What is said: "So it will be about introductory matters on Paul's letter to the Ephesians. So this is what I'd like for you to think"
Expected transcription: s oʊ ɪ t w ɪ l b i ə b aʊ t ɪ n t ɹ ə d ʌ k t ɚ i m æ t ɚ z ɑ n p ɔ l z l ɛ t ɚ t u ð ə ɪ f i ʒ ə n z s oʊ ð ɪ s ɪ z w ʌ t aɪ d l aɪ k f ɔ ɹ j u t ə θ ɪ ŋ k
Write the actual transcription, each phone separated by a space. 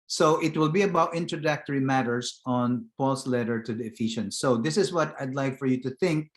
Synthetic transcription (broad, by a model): s oʊ ɪ t w ɪ l b i ə b aʊ t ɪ n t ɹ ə d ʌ k t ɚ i m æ t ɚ s ɑ n p ɔ l s l ɛ t ɚ t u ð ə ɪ f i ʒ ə n s oʊ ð ɪ s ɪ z w ʌ t aɪ d l aɪ k f ɔ ɹ j u t ə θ ɪ ŋ k